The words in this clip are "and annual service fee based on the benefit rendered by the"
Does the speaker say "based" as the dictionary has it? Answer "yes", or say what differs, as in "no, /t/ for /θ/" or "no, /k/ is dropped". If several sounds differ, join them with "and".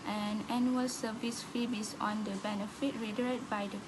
no, /t/ is dropped